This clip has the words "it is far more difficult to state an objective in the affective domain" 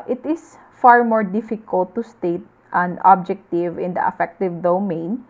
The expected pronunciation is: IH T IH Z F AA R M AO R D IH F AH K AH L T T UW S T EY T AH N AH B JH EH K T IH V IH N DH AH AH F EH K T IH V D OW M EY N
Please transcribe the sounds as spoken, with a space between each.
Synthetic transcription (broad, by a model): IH T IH S F AA R M AO R D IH F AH K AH L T T UW S T EY T AH N AH B JH EH K T IH V IH N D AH AH F EH K T IH V D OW M EY N